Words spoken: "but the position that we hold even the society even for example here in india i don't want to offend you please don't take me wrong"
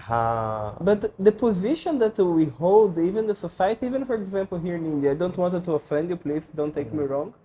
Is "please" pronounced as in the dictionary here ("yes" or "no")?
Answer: no